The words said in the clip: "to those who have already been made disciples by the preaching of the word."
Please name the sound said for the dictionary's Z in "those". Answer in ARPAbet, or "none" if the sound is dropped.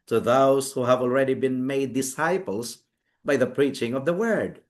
S